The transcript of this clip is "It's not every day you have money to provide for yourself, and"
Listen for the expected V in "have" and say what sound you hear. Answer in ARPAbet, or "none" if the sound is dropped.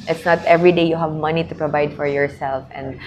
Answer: V